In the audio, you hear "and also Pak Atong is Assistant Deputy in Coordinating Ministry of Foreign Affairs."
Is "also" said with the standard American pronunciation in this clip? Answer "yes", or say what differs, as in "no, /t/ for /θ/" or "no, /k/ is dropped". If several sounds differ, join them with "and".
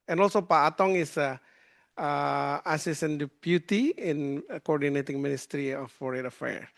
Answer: yes